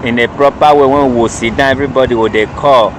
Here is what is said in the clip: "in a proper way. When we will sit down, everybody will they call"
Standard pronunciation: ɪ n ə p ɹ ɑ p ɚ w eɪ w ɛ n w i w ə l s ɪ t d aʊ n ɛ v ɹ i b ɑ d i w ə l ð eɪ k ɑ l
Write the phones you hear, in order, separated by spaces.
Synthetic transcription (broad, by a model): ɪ n ə p ɹ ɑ p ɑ w eɪ w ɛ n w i w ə s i d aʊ ɛ v ɹ i b ɑ d i w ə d eɪ k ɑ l